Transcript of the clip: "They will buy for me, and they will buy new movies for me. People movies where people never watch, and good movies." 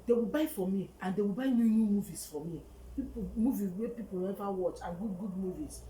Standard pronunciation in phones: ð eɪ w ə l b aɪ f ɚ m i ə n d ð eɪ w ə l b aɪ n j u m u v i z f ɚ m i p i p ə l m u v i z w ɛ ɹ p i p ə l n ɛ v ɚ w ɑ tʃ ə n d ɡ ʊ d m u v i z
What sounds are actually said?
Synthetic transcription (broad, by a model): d eɪ w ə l b aɪ f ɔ m i ə n d eɪ w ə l b aɪ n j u m u v i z f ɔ m i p i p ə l m u v i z w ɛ p i p ə l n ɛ v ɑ w ɑ tʃ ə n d ɡ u d m u v i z